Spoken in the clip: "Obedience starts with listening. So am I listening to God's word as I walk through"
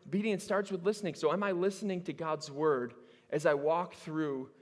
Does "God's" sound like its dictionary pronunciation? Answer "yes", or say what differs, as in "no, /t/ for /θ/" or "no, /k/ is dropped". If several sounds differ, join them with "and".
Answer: yes